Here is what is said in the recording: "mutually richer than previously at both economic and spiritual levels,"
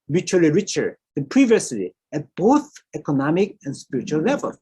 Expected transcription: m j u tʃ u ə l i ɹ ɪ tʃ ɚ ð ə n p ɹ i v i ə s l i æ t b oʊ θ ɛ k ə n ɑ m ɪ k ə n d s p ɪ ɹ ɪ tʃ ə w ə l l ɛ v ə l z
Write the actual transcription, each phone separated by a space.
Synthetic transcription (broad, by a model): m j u tʃ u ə l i ɹ ɪ tʃ ɚ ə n p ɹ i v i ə s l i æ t b oʊ θ ɛ k ə n ɑ m ɪ k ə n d s p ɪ ɹ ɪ tʃ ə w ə l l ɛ v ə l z